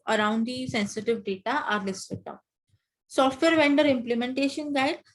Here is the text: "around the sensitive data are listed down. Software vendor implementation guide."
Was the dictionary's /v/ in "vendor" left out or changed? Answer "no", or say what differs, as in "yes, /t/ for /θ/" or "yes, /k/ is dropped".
no